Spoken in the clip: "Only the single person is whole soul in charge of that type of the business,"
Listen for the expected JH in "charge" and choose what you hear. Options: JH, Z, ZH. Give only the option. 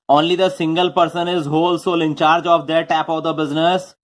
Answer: JH